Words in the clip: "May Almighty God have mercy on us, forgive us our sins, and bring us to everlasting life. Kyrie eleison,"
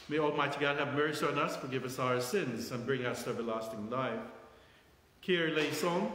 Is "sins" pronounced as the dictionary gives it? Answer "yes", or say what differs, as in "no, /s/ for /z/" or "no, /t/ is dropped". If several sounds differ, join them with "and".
yes